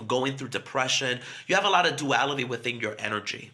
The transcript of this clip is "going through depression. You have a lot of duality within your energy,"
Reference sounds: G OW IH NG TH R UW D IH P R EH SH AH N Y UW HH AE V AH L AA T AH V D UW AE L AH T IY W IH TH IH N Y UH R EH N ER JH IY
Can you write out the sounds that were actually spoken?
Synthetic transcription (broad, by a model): G OW IH NG TH R UW D IH P R EH SH AH N Y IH V AH L AA T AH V D UW AE L AH T IY W IH TH IH N Y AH R EH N ER JH IY